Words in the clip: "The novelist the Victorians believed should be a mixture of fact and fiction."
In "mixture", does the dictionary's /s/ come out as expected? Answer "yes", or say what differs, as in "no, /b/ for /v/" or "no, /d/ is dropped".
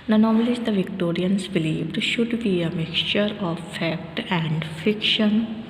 yes